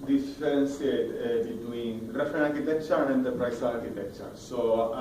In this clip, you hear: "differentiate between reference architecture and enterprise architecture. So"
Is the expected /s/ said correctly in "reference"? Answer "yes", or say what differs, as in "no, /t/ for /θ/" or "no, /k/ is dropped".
no, /s/ is dropped